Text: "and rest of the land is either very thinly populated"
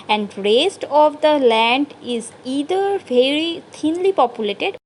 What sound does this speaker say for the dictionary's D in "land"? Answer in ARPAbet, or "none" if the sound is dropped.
D